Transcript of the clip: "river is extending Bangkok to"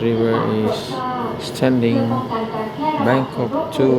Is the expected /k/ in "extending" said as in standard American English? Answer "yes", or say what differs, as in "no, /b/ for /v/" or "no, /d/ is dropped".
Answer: no, /k/ is dropped